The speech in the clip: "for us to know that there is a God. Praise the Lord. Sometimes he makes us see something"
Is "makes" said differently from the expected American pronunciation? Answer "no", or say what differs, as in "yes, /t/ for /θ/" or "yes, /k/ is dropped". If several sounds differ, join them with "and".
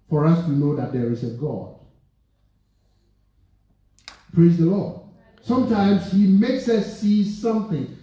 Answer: no